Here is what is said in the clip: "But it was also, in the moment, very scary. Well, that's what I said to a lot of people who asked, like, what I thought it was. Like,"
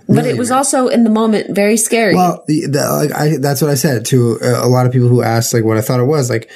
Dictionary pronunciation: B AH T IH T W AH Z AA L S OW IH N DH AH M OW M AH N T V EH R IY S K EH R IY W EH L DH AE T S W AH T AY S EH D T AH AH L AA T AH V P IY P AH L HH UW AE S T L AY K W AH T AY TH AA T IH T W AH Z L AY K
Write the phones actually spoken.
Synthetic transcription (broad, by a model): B AH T IH T W AH Z AA L S OW IH N DH AH M OW M AH N T V EH R IY S K EH R IY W EH L DH AE T S W AH T AY S EH D T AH AH L AA T AH V P IY P L HH UW AE S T L AY K W AH T AY TH AA T IH T W AH Z L AY K